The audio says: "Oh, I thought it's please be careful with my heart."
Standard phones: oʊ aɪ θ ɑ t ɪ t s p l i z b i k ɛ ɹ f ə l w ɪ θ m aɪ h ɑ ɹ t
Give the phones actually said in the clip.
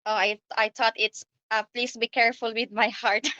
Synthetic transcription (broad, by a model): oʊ aɪ t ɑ t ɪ t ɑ p l i s b i k ɛ ɹ f ə l w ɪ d m aɪ h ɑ ɹ t